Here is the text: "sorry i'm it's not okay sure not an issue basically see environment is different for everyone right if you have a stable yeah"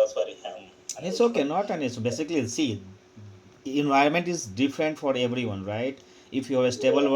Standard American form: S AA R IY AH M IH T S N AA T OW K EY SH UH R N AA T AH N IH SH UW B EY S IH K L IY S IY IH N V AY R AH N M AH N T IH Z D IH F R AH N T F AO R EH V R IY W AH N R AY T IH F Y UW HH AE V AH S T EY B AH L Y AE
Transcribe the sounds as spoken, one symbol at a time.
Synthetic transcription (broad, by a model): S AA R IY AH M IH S OW K EY N AA T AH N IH S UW B EY S IH K L IY S IY IH N V AY R AH N M AH N T IH Z D IH F R AH N T F AO R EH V R IY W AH N R AY T IH F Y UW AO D AH S T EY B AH L